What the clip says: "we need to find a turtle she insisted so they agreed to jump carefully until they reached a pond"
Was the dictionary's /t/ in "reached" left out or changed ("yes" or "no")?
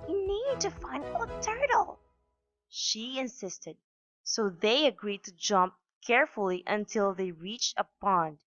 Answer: no